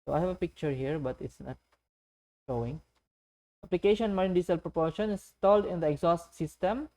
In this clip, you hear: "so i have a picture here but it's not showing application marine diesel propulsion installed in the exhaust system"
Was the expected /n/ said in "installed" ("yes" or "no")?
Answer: no